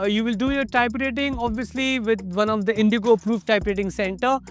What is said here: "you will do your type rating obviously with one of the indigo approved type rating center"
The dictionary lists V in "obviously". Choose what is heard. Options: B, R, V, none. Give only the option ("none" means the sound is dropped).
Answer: V